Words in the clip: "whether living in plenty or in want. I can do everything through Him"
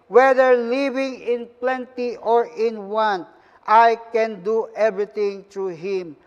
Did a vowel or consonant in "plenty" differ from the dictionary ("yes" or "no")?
no